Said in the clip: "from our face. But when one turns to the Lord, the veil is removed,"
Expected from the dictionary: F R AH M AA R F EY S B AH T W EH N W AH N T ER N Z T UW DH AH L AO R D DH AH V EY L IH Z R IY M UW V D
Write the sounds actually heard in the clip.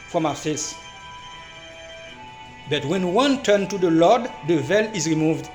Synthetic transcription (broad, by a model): F R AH M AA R F EY S B AH T W EH N W AH N T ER N T UW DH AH L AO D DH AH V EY L IH Z R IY M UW V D